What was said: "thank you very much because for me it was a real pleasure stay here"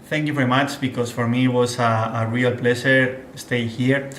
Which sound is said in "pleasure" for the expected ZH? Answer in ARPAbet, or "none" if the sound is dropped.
SH